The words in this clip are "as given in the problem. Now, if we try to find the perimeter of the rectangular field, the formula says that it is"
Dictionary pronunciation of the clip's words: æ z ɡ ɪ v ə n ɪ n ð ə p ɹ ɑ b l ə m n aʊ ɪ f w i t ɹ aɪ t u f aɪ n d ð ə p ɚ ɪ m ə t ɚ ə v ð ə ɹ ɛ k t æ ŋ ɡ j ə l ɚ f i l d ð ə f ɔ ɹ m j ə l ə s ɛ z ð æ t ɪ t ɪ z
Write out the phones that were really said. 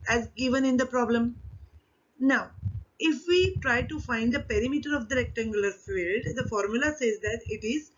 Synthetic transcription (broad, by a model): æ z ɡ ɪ v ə n ɪ n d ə p ɹ ɑ b l ə m n aʊ ɪ f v i t ɹ aɪ t u f aɪ n d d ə p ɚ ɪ m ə t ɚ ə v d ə l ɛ k t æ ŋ ɡ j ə l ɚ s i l d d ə f ɔ ɹ m j ə l ə s ɛ z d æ t ɪ t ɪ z